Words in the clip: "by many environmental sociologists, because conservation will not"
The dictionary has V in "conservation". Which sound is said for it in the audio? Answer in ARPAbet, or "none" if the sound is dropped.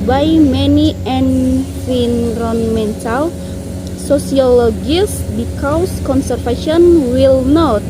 F